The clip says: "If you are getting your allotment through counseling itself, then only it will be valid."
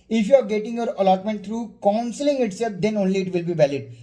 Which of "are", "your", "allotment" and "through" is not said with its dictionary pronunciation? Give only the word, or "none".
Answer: through